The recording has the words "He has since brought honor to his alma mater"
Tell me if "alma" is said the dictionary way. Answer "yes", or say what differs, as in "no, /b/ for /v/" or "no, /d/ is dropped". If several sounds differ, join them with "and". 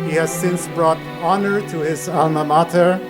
yes